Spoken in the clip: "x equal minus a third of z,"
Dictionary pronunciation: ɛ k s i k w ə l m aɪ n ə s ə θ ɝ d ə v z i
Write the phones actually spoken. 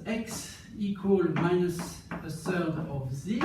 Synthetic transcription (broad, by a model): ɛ k s i k w ə l m aɪ n ə s ə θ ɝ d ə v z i